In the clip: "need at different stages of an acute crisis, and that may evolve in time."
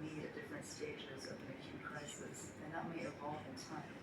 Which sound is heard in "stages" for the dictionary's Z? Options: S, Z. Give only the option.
Z